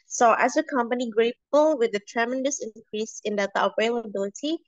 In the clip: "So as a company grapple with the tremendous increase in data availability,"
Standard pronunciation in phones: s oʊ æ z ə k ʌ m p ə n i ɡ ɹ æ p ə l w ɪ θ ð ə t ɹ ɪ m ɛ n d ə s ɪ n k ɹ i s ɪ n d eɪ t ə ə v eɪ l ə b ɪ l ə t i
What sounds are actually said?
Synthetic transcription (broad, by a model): s oʊ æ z ə k ʌ m p ə n i ɡ ɹ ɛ ə l w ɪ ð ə t ɹ ɪ m ɛ n d ə s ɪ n k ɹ i s ɪ n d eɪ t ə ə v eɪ l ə b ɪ l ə t i